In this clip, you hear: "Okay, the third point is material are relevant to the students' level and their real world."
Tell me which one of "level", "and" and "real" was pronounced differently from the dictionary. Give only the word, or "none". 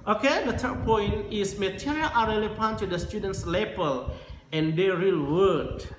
level